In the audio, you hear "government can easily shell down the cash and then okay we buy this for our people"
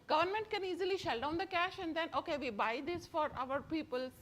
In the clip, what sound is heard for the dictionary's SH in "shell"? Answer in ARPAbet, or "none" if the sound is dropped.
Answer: SH